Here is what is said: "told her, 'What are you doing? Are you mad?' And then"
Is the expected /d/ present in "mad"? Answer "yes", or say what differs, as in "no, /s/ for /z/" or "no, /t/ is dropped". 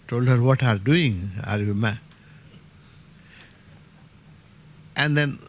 no, /d/ is dropped